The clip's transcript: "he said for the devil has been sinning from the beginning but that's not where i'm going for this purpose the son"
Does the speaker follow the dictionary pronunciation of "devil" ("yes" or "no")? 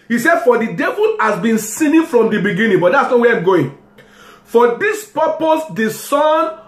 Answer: yes